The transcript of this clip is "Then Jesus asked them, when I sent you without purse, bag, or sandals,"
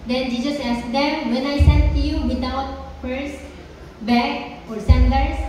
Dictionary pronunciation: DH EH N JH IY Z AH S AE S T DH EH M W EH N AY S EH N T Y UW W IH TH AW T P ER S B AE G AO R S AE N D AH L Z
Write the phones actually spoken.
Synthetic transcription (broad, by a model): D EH N JH IY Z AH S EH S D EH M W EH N AY S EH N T Y UW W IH T AW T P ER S B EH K AO R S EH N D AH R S